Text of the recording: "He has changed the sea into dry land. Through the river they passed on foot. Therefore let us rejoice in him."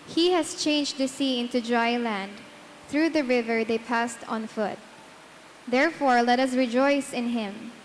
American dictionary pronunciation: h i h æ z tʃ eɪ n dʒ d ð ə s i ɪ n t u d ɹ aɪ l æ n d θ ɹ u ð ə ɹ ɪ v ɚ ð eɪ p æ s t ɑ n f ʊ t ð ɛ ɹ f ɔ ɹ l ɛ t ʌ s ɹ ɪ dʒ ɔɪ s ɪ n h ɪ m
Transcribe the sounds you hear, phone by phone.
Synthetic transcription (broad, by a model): h i h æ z tʃ eɪ n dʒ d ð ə s i ɪ n t u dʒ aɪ l æ n d θ ɹ u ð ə ɹ ɪ v ɚ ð eɪ p æ s t ɑ n f ʊ t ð ɛ ɹ f ɔ ɹ l ɛ t ʌ s ɹ ɪ dʒ ɔɪ s ɪ n h ɪ m